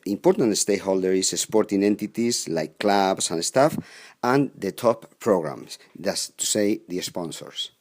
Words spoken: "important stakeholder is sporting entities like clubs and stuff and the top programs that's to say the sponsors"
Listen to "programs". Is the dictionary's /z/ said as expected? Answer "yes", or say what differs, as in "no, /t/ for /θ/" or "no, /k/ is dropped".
no, /s/ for /z/